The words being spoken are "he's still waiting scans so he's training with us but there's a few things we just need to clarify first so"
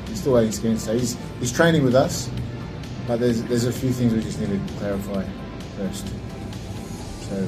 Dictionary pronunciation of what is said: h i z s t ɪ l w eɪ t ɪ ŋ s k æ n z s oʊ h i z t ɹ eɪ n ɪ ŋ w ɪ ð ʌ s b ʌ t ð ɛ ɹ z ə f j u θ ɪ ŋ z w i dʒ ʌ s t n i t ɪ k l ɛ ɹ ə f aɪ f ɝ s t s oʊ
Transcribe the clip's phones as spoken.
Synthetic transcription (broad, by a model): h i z s t ɪ l w eɪ t ɪ ŋ s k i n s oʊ h i z t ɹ eɪ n ɪ ŋ w ɪ ð ʌ s b ʌ t ð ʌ ɹ z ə f j u θ ɪ ŋ z w i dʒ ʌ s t n i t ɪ k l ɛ ɹ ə f aɪ f ɝ s t s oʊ